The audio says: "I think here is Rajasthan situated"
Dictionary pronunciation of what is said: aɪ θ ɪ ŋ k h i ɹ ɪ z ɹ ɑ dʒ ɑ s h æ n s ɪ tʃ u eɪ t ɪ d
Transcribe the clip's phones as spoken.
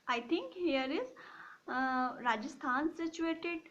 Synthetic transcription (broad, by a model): aɪ t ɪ ŋ k h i ɹ ɪ z ɹ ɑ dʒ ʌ s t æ n s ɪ tʃ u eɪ t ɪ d